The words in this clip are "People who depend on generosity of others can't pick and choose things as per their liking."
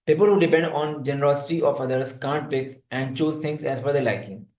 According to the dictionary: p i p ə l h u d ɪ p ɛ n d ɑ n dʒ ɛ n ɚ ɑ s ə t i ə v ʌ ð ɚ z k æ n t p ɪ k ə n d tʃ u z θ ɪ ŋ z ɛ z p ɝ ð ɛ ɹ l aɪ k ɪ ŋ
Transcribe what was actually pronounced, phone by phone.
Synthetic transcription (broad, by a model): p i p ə l h u d ɪ p ɛ n d ɑ n dʒ ɛ n ɚ ɑ s ə t i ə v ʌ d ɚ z k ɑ n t p ɪ k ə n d tʃ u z t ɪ ŋ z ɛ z f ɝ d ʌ l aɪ k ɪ ŋ